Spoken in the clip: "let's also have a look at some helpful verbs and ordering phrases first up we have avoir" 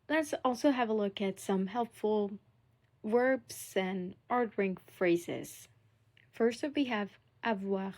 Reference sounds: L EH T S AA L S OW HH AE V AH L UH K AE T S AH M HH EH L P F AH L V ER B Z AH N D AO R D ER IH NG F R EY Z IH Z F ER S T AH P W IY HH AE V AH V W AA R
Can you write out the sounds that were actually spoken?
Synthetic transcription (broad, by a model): L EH T S AA L S OW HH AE V AH L UH K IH T S AH M HH EH L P F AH L W ER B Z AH N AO R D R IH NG F R EY Z IH Z F ER S T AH F W IY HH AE V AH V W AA